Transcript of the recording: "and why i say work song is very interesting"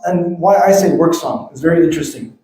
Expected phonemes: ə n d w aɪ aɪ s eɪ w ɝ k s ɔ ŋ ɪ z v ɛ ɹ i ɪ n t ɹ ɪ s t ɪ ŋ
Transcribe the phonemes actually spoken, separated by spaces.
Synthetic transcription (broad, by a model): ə n w aɪ aɪ s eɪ w ɝ k s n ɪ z v ɛ ɹ i ɪ n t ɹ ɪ s t ɪ ŋ